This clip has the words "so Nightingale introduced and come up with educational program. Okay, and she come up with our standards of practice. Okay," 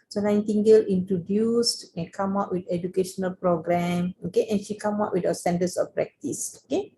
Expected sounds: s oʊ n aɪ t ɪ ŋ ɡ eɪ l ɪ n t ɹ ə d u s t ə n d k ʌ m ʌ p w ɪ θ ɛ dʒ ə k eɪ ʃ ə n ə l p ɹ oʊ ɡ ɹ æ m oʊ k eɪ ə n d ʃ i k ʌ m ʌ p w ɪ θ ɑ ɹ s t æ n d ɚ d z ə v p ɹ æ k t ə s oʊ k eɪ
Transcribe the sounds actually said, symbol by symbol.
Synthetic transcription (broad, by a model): s oʊ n aɪ t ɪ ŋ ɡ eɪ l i n t ɹ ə d u s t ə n k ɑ m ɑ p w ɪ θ ɛ dʒ ə k eɪ ʃ ə n ə l p ɹ oʊ ɡ ɹ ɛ m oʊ k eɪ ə n ʃ i k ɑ m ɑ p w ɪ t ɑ s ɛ n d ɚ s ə f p ɹ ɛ k t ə s oʊ k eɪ